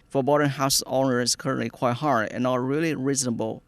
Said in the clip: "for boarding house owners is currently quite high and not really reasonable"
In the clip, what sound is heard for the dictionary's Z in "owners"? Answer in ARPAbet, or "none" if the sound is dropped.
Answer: none